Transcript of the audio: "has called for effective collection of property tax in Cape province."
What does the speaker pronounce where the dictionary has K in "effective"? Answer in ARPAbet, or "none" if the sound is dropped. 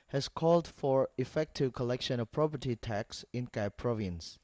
K